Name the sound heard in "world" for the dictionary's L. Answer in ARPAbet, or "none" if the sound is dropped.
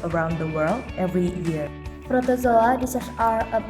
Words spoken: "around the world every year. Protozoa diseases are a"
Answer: L